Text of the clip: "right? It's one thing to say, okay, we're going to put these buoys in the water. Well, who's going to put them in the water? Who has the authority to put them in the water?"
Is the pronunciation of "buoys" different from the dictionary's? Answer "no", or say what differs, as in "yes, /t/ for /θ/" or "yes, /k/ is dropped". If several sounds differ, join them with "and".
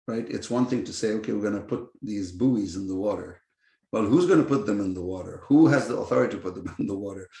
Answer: no